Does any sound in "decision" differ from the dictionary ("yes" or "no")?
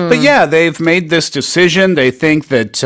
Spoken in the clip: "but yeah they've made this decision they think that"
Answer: no